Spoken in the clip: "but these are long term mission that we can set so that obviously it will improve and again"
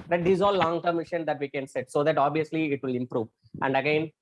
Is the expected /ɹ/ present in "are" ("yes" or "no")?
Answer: no